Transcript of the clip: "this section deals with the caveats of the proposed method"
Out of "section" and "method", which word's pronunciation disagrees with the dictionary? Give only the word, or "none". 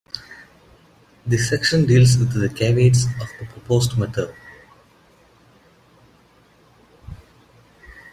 method